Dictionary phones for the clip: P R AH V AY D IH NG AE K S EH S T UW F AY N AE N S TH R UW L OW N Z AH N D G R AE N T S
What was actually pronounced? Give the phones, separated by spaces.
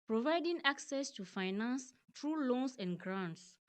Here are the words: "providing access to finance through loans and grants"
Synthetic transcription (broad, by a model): P R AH V AY D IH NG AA K S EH S T UW F AY N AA N S T R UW L OW N S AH N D G R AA N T S